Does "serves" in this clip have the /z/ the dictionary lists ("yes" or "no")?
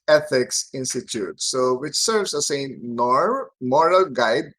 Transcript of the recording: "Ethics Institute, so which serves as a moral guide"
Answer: no